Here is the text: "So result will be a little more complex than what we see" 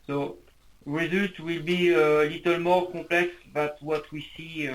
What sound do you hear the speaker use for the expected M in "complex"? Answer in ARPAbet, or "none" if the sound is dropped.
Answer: none